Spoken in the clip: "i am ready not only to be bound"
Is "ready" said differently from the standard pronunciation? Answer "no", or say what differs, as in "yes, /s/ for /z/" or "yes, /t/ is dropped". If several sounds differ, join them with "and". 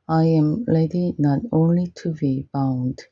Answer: yes, /l/ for /ɹ/